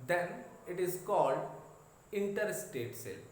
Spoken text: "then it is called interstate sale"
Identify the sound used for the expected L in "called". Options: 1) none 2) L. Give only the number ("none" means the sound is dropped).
2